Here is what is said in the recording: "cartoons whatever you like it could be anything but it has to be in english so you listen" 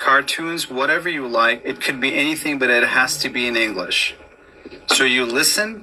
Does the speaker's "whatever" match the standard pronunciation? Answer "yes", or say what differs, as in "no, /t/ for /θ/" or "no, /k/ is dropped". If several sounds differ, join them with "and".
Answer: yes